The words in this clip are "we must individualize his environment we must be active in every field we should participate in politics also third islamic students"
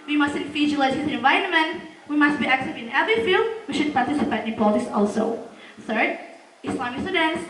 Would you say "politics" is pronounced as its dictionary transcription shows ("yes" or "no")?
no